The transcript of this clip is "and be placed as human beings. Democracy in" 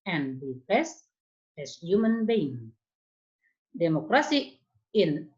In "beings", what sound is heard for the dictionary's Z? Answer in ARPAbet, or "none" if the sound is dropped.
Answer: none